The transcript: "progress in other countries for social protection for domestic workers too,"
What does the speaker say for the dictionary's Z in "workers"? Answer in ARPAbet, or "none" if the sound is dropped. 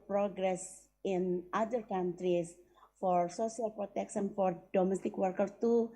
none